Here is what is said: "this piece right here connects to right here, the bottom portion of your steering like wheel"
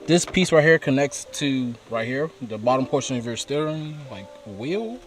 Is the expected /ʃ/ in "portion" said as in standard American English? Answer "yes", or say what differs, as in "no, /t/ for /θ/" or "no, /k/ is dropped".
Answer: yes